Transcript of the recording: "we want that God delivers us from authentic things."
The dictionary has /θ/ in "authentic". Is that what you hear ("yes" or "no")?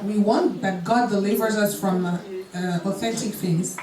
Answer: yes